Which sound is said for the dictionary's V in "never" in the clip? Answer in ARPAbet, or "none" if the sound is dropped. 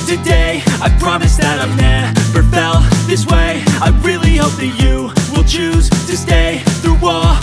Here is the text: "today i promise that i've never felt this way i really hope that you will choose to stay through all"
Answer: P